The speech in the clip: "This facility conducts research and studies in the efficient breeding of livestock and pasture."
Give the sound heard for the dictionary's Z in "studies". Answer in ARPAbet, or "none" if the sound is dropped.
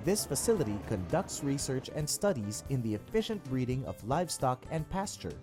Z